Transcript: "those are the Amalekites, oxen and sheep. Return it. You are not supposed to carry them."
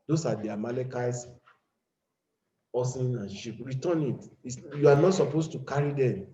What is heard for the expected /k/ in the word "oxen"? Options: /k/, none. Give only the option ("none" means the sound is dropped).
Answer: none